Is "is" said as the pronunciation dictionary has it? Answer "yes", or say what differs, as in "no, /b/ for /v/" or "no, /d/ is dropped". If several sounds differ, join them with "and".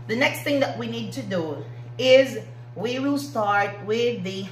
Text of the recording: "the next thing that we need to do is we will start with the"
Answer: yes